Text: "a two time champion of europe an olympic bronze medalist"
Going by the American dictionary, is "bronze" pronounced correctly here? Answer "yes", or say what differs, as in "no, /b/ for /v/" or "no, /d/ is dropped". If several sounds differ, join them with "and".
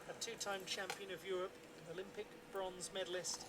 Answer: yes